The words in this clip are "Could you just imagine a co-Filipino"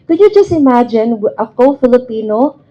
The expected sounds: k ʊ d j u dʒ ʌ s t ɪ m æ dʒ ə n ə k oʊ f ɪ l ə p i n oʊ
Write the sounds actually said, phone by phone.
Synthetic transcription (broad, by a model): k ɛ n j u dʒ ʌ s t ɪ m æ dʒ ə n ə k oʊ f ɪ l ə p i n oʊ